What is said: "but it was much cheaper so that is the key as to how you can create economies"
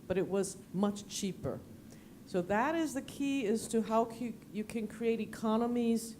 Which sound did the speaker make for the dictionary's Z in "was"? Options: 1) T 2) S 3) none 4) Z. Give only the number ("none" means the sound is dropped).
4